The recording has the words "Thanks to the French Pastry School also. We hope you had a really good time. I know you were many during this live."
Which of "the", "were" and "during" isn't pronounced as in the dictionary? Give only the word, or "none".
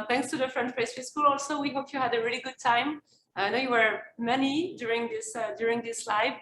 none